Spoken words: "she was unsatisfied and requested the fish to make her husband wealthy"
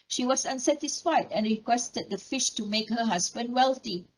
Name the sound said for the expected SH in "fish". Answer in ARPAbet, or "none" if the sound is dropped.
SH